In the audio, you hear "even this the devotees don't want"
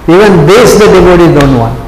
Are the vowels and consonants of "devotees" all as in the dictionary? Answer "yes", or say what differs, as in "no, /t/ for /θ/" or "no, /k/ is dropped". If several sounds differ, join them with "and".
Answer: no, /z/ is dropped